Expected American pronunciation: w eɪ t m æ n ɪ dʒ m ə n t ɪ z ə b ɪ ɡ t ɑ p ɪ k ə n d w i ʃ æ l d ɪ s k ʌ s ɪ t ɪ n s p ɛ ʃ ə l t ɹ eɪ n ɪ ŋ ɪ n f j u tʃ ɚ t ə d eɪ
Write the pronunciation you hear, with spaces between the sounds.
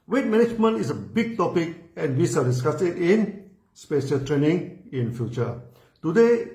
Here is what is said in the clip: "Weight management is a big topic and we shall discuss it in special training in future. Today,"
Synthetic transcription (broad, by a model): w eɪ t m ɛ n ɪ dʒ m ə n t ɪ s ə b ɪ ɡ t ɑ p ɪ k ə n w i s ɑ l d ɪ s k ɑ s ɪ t ɪ n s p ɛ ʃ ə l t ɹ eɪ n ɪ ŋ ɪ n f j u tʃ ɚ t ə d eɪ